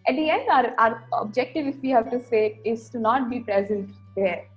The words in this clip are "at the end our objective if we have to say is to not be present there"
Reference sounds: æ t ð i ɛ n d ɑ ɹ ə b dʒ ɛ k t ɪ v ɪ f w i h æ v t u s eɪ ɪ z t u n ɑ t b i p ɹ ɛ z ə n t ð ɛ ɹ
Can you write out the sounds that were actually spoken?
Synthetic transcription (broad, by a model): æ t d i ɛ n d ɑ ɹ ə b dʒ ɛ k t ɪ v ɪ f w i h æ v t u s eɪ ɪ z t u n ɑ t b i p ɹ ɛ z ə n t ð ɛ ɹ